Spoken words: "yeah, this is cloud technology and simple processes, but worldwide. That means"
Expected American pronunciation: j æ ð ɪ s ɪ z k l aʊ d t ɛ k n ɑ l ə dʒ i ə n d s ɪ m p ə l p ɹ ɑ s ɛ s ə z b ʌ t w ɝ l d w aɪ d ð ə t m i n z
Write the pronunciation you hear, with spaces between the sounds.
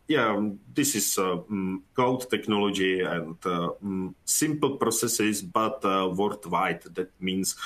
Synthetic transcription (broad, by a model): j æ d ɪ s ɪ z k ɔ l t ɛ k n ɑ l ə dʒ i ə n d s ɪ m p l p ɹ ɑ s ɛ s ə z b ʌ t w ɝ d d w aɪ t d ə t m i n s